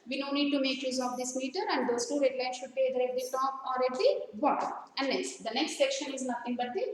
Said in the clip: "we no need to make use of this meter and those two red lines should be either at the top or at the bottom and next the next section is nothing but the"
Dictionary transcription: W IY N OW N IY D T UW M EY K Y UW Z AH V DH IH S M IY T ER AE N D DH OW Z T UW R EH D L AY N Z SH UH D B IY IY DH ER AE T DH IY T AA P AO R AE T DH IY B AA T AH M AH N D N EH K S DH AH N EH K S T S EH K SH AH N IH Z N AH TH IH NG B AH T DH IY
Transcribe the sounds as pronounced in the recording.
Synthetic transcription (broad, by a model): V IY N OW N IY D T UW M EY K Y UW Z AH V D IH S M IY T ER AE N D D OW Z T UW R EH D L AY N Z SH UH D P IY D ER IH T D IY T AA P AO R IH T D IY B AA T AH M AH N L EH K S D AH N EH K S T S EH K SH AH N IH Z N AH T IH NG B AH T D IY